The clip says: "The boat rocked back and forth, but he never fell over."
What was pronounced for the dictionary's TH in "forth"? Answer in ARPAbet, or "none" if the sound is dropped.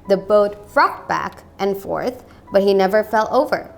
TH